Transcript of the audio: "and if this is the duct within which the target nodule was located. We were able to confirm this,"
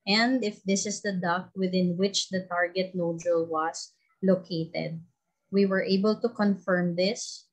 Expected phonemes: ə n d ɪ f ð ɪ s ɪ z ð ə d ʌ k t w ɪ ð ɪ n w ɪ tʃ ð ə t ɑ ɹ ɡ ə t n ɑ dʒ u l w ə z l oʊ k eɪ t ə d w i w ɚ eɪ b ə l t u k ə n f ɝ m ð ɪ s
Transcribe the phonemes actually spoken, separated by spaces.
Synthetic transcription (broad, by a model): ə n d ɪ f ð ɪ s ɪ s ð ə d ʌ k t w ɪ ð ɪ n w ɪ tʃ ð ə t ɑ ɹ ɡ ə t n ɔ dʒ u l w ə s l oʊ k eɪ t ə d w i w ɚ eɪ b ə l t u k ə n f ɝ m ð ɪ s